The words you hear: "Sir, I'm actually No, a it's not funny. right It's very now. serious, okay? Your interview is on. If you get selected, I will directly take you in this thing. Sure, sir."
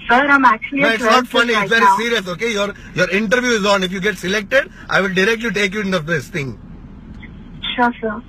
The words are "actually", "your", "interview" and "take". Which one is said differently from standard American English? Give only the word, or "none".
actually